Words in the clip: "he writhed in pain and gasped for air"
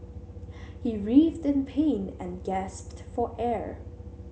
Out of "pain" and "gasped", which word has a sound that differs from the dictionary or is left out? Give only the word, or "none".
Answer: none